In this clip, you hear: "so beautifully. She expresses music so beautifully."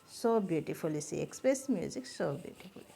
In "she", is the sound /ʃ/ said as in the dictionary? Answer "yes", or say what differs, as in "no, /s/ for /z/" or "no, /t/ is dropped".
no, /s/ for /ʃ/